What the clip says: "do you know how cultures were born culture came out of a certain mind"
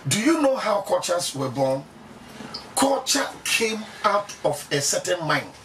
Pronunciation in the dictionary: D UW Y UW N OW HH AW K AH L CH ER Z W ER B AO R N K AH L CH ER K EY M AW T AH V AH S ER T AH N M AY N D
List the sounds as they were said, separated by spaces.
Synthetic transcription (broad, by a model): D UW Y UW N OW HH AW K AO CH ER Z W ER B AO N K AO CH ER K EY M AW T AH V AH S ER T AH N M AY N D